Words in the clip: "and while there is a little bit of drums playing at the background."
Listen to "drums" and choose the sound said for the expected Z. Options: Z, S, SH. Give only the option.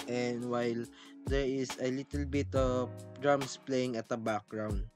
S